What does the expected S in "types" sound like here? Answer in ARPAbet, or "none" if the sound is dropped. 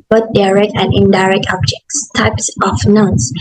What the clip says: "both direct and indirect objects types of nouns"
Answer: S